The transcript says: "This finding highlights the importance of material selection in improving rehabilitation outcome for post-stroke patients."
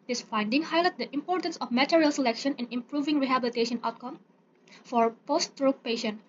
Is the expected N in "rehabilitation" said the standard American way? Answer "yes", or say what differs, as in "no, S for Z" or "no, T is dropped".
yes